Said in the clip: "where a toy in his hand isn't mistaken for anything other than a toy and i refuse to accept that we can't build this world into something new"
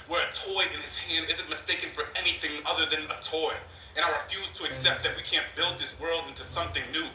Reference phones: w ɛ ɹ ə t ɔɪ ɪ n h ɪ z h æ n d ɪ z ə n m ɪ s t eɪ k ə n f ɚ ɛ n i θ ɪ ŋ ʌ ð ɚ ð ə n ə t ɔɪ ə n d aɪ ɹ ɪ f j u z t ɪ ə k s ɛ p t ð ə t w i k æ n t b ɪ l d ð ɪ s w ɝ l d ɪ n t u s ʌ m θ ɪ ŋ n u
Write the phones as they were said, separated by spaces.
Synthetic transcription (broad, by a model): w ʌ ɹ ə t ɔɪ ɪ n ɪ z h æ n d ɪ z ə n m ɪ s t eɪ k ə n f ɚ ɛ n i θ ɪ ŋ ʌ ð ɚ ð ə n ə t ɔɪ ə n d aɪ ɹ ɪ f j u z t ɪ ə k s ɛ p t ð ə t w i k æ n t b ɪ l d ð ɪ s w ɝ l d ɪ n t u s ʌ m θ ɪ ŋ n u